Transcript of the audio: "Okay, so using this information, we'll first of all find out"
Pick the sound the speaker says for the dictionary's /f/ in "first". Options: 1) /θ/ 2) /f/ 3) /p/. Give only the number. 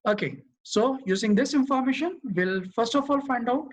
2